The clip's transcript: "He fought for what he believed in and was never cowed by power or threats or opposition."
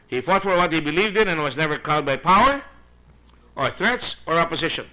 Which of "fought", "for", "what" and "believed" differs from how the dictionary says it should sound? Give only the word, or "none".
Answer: none